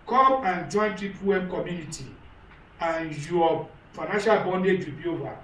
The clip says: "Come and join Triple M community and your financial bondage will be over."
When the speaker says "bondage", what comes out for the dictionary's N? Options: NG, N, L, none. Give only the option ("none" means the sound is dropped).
N